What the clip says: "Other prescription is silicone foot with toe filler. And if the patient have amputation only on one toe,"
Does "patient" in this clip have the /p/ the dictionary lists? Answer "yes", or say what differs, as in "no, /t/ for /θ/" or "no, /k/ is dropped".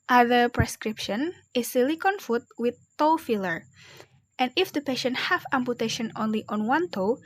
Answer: yes